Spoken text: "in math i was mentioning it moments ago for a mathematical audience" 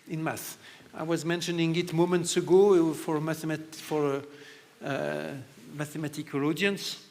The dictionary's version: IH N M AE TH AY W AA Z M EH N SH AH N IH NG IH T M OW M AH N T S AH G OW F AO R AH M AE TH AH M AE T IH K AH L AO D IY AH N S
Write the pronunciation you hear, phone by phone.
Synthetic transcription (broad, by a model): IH N M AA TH AY W AA Z M EH N SH AH N IH NG IH T M OW M AH N T S AH G OW F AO R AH M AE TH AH M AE T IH K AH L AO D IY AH N S